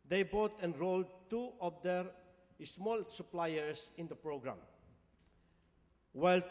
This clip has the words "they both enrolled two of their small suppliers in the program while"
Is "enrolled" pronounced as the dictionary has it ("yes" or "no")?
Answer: yes